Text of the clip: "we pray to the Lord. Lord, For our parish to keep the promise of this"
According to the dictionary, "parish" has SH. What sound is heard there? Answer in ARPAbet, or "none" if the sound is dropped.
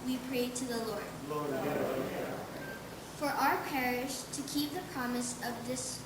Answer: SH